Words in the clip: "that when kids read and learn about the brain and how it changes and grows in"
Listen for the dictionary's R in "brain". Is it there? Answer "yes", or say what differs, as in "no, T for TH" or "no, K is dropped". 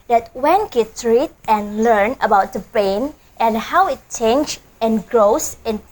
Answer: no, R is dropped